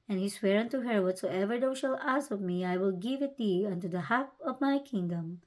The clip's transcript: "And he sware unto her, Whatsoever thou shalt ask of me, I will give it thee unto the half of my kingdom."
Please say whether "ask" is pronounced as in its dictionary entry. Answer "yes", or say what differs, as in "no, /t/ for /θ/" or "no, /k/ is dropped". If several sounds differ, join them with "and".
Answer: no, /k/ is dropped